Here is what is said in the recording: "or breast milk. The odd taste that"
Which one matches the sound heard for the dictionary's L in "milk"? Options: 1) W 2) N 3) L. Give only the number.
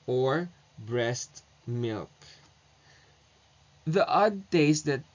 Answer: 3